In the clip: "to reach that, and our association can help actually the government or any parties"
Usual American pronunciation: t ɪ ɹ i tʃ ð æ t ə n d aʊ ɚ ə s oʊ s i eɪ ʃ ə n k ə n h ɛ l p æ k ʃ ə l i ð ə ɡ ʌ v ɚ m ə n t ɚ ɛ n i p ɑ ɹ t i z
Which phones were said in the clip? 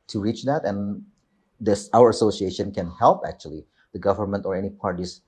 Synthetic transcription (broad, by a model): t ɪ ɹ i tʃ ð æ t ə n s aʊ ɚ ə s oʊ s i eɪ ʃ ə n k ə n h ɛ l p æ k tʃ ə l i ð ə ɡ ʌ v ɚ m ə n t ɚ ɛ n i p ɑ ɹ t i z